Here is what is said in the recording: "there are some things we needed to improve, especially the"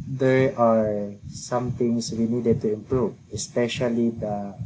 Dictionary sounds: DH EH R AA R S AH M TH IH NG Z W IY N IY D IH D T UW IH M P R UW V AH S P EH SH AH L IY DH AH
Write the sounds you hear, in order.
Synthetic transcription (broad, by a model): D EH R AA R S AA M T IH NG S W IY N IY D IH D T UW IH M P R UW V AH S P EH SH AH L IY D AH